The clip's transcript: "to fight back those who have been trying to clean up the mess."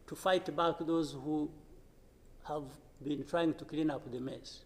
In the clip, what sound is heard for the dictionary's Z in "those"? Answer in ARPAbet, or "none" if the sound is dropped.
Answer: Z